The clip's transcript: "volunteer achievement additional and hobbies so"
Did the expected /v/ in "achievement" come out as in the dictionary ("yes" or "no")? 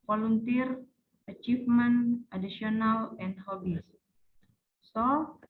no